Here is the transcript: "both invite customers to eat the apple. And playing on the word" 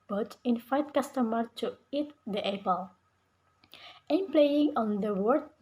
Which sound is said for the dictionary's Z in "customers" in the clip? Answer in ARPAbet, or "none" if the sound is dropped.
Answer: none